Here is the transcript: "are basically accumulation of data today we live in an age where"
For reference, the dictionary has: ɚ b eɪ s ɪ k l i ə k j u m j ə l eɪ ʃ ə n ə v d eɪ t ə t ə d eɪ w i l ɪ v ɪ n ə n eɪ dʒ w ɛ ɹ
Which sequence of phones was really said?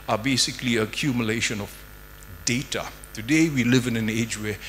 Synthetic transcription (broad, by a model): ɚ b eɪ s ɪ k l i ə k j u m j ə l eɪ ʃ ə n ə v d eɪ t ə t ə d eɪ w i l ɪ v ɪ n ə n eɪ dʒ w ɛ